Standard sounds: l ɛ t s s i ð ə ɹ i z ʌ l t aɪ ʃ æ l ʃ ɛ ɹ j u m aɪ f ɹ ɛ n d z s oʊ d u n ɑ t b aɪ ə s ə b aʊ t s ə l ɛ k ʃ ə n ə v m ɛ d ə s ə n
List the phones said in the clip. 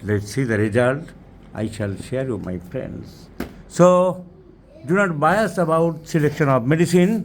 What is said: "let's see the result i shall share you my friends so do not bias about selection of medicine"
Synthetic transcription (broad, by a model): l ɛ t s s i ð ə ɹ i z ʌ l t aɪ ʃ æ l ʃ ɛ ɹ j u m aɪ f ɹ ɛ n d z s oʊ d u n ɑ t b aɪ ə s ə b aʊ t s ə l ɛ k ʃ ə n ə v m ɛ d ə s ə n